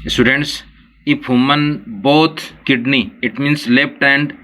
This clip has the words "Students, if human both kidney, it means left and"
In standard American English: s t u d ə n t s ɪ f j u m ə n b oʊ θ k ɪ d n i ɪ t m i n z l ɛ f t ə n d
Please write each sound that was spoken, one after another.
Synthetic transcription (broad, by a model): s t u d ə n t s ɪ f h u m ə n b oʊ t k ɪ d n i ɪ t m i n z l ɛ p t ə n d